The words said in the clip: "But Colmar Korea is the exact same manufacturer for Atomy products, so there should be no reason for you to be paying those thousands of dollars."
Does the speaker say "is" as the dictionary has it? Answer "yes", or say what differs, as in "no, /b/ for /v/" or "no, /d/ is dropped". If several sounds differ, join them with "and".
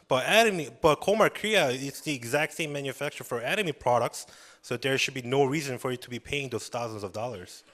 no, /s/ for /z/